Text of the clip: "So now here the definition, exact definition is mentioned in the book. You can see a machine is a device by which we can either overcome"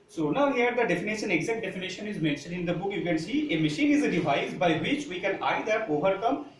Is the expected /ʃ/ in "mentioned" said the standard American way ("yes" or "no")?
yes